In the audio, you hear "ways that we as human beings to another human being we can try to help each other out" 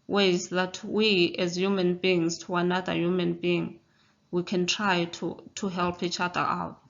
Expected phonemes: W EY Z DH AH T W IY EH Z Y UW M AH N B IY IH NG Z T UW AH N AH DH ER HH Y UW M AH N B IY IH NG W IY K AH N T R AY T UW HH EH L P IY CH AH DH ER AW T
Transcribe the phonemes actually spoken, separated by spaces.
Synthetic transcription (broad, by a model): W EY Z DH AH T W IY EH Z Y UW M AH N B IY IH NG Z T UW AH N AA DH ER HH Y UW M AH N B IY IH NG W IY K AH N T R AY T UW HH EH L P IY CH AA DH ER AW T